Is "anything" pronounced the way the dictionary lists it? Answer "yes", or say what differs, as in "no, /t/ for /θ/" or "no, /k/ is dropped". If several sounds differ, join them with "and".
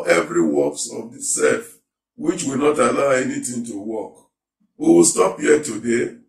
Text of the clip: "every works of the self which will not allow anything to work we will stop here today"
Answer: no, /t/ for /θ/